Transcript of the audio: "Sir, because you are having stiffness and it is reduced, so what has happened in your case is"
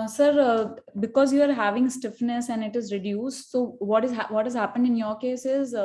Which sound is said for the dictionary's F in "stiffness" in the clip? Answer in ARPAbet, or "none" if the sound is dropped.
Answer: F